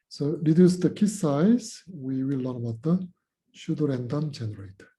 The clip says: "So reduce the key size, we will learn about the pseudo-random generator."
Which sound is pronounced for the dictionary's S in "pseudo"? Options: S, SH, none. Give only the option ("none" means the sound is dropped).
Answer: SH